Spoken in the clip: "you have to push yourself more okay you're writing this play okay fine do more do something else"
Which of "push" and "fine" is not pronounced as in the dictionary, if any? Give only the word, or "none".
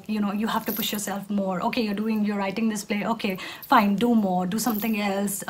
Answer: none